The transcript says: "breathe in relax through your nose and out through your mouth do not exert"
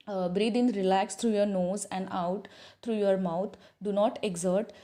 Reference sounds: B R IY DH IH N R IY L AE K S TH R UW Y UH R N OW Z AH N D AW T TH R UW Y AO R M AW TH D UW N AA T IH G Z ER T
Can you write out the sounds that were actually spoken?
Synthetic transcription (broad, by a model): B R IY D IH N R IY L AE K S T R UW Y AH R N OW Z AH N D AW T T R UW Y AO R M AW T D UW N AA T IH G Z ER T